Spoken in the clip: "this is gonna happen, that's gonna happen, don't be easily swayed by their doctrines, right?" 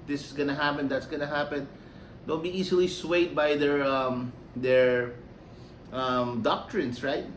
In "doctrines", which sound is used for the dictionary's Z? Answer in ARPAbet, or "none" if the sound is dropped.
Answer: S